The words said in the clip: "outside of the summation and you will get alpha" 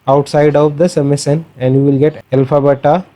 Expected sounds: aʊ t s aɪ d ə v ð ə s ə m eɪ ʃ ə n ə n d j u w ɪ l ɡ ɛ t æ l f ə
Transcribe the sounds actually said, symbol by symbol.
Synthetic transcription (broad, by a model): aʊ t s aɪ d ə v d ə s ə m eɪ s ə n ə n d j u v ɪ l ɡ ɛ t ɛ l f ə